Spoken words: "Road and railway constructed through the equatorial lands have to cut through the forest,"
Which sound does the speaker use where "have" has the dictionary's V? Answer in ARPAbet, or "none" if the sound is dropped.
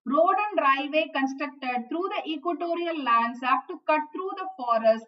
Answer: P